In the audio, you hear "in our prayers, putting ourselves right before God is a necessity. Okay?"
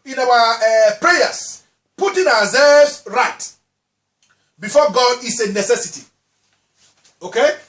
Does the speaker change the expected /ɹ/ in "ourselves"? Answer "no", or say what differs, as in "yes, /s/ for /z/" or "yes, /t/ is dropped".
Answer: yes, /w/ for /ɹ/